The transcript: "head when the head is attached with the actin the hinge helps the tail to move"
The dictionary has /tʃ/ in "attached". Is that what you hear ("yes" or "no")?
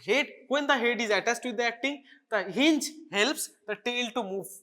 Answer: no